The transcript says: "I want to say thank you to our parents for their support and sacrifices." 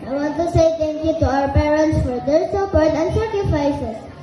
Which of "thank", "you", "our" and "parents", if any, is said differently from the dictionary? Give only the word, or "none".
thank